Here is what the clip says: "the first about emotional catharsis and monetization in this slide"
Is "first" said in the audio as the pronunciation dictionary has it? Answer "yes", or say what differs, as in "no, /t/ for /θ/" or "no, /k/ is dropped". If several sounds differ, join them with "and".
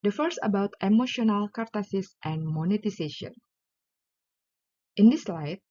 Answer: no, /t/ is dropped